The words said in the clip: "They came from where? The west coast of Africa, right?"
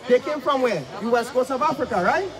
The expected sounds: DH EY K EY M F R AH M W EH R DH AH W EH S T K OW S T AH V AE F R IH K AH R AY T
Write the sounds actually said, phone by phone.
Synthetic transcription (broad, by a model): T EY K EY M F R AH M W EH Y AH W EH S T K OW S AH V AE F R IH K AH R AY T